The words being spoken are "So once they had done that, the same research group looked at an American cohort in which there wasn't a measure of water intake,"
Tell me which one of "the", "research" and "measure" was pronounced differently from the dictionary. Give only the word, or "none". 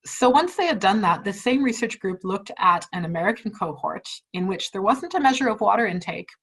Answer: none